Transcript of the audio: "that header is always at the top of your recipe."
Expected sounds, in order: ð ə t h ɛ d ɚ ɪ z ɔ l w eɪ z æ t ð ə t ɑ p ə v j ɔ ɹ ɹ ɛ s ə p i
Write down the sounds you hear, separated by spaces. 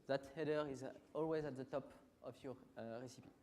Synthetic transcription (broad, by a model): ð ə t h ɛ d ɚ ɪ z ɔ l w eɪ z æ t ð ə t ɑ p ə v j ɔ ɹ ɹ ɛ s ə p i